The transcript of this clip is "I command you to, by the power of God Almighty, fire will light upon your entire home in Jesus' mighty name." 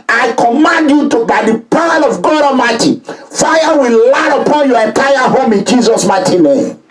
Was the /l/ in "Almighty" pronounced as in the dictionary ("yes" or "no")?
no